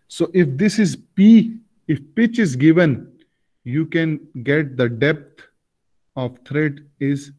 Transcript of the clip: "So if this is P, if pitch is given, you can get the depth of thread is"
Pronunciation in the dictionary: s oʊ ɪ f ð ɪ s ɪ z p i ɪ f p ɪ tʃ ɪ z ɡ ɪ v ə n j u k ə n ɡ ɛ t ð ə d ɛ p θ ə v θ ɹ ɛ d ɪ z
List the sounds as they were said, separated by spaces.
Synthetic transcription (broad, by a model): s oʊ ɪ f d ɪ s ɪ z p i ɪ f p ɪ tʃ ɪ z ɡ ɪ v ə n j u k ə n ɡ ɛ t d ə d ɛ p t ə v t ɹ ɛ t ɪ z